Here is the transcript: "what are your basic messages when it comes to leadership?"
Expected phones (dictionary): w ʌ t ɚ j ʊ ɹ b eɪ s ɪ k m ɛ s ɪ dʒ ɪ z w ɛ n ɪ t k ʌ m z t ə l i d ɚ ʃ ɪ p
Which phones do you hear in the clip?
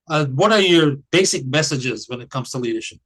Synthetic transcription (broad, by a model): w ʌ t ɚ j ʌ ɹ b eɪ s ɪ k m ɛ s ɪ dʒ ɪ z w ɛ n ɪ t k ʌ m z t ə l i d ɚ ʃ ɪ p